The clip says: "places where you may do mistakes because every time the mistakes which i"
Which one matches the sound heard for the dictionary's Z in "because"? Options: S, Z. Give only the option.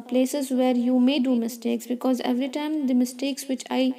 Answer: Z